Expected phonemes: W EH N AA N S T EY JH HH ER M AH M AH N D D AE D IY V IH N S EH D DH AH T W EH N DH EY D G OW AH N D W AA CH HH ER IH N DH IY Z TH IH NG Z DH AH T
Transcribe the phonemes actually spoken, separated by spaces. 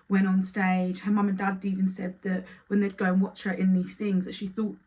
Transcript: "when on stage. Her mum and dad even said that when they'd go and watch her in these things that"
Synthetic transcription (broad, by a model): W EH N N S T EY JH HH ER M AH M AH N D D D IY V IH N S EH D DH AH T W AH N DH EY D G OW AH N W AA CH HH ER IH N DH IY Z TH IH NG Z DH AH T